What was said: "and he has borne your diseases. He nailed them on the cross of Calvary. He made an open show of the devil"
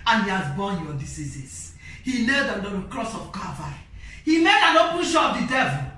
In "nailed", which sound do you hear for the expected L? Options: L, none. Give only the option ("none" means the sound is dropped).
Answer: none